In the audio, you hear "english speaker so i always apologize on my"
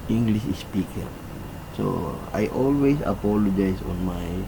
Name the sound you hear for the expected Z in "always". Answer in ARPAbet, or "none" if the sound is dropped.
S